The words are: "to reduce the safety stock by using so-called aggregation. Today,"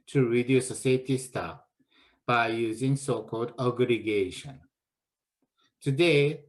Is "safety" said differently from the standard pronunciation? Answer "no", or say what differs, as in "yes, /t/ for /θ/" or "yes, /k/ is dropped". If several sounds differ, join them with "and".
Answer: yes, /f/ is dropped